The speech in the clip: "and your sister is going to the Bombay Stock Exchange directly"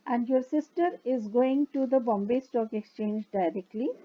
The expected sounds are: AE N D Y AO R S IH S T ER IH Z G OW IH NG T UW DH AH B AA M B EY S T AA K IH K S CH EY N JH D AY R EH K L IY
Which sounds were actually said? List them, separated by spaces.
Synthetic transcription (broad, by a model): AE N D Y AO R S IH S T ER IH Z G OW IH NG T UW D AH B AA M B EY S T AA K IH K S CH EY N JH D AY R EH K L IY